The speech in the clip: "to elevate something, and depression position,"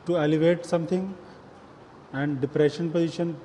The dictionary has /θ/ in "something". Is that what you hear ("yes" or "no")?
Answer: no